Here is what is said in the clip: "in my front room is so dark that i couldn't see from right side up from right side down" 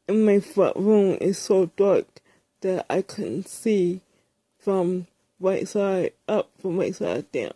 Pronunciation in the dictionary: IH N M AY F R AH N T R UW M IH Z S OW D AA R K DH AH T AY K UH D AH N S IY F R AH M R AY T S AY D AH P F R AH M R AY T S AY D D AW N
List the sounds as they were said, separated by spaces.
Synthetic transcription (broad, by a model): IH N M AY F AH T R UW M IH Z S OW D AA R K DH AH T AY K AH N S IY F R AH M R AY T S AY D AH P F R AH M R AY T S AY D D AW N